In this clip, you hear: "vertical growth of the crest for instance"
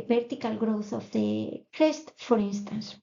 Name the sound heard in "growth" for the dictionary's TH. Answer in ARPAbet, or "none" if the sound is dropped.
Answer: TH